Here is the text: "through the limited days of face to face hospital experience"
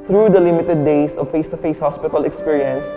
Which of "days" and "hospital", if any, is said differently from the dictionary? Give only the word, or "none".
days